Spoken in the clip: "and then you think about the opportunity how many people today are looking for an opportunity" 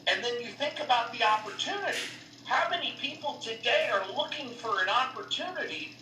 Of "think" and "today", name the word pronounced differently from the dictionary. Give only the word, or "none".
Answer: none